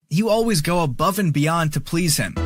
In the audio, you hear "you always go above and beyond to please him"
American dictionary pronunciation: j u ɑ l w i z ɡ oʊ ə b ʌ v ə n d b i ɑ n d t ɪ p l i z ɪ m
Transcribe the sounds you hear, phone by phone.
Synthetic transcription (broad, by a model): j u ɑ l w i z ɡ oʊ ə b ʌ v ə n b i ɑ n t ɪ p l i z ɪ m